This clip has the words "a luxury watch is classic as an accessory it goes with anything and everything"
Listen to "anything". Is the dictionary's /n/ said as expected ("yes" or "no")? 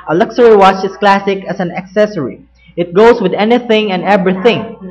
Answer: yes